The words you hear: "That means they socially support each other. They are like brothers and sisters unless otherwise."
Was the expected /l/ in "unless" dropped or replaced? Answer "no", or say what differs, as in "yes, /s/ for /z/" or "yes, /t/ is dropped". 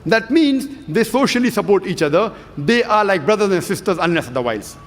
yes, /l/ is dropped